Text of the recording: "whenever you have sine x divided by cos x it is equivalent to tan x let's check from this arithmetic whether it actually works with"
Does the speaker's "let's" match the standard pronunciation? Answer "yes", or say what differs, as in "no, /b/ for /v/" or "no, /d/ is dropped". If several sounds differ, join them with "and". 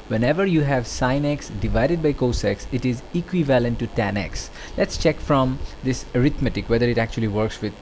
yes